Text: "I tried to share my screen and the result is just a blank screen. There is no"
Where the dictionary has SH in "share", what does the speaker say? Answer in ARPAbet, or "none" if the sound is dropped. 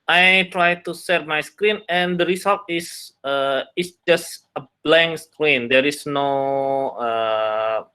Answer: S